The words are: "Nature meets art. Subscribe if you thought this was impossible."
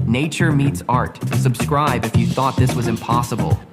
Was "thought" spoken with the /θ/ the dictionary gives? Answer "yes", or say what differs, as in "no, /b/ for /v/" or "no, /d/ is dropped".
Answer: yes